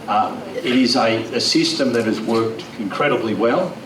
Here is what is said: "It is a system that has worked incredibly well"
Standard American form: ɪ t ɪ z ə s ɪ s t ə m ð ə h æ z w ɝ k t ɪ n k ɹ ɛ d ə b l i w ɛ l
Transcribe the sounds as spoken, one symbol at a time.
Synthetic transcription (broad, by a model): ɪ t ɪ z ə s ɪ s t ə m ð ə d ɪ z w ɝ k t ɪ n k ɹ ɛ d ə b l i w ɛ l